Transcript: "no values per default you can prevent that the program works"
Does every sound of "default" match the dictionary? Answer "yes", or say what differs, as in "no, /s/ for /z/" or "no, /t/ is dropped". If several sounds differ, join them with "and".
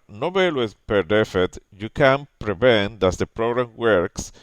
no, /l/ is dropped